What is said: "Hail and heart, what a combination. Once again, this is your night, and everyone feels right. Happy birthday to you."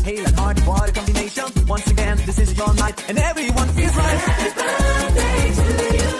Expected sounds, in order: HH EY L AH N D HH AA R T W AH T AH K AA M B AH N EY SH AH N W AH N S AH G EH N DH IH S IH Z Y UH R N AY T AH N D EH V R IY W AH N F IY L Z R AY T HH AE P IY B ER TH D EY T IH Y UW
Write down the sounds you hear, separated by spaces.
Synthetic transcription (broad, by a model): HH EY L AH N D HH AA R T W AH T AH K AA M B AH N EY SH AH N W AH N S AH G EH N DH IH S IH Z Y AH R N AY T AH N EH V R IY W AH N F IY L Z R AY T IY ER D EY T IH